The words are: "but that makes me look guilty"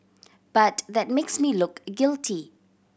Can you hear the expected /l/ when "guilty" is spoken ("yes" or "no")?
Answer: yes